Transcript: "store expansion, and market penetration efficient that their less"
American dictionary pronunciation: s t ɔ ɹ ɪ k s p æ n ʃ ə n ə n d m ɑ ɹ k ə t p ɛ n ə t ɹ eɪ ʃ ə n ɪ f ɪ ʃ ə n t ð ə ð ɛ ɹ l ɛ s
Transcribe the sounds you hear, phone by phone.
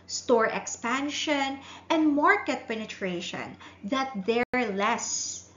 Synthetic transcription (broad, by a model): s t ɔ ɹ ɪ k s p æ n ʃ ə n ə n d m ɑ ɹ k ə t p ɛ n ə t ɹ eɪ ʃ ə n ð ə t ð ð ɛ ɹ l ɛ s